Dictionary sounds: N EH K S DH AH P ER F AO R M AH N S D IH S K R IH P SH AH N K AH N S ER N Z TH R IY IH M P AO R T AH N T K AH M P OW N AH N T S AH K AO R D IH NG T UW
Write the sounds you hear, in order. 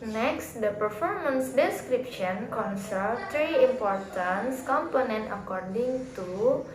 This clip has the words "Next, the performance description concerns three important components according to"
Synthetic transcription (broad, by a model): N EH K S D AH P ER F AO R M AH N S D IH S K R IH P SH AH N K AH N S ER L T R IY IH M P AO R T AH N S K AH M P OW N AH N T AH K AO R D IH NG T UW